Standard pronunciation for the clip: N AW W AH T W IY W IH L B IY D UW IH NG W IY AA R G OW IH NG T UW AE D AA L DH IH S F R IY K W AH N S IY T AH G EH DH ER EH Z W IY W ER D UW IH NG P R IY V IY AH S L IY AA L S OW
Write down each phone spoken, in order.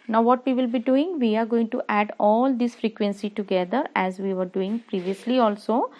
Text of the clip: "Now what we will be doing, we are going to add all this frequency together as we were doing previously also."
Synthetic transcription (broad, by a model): N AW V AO T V IY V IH L B IY D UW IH NG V IY AA R G OW IH NG T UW AE D AA L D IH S F R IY K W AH N S IY T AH G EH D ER EH Z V IY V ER D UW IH NG P R IY V IY AH S L IY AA L S OW